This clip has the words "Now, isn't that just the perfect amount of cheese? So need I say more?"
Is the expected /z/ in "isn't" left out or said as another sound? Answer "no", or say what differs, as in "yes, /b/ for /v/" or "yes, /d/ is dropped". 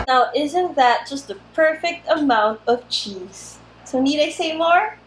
no